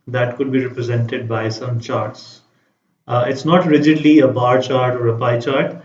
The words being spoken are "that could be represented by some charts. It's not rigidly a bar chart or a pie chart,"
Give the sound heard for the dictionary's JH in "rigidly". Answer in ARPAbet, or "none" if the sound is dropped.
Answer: JH